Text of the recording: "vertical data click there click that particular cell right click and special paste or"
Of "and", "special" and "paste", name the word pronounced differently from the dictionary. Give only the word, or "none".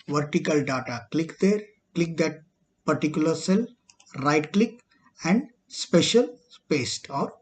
none